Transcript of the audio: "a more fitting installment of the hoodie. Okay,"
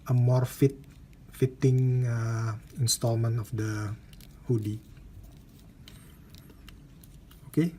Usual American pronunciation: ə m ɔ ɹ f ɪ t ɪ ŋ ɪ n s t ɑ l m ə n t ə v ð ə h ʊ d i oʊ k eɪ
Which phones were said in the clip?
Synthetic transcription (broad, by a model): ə m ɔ ɹ f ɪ t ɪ ŋ ɪ n s t ɑ l m ə n t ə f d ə h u d i oʊ k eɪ